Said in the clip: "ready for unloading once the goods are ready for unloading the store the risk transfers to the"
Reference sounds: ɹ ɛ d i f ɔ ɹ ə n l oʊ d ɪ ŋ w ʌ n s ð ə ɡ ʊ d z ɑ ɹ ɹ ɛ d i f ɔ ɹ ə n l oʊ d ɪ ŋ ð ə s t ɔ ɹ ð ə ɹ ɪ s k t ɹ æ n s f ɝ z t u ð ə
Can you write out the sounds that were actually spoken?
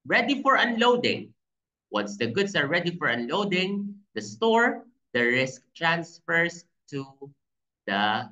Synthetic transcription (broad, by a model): ɹ ɛ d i f ɔ ɹ ə n l oʊ d ɪ ŋ w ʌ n s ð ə ɡ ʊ d s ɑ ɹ ɹ ɛ d i f ɔ ɹ ə n l oʊ d ɪ ŋ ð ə s t ɔ ɹ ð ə ɹ ɪ s k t ɹ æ n s f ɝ s t u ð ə